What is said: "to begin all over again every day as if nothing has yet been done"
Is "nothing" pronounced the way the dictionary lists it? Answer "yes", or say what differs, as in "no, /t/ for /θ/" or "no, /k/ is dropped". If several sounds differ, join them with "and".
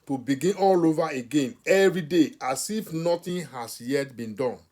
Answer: no, /t/ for /θ/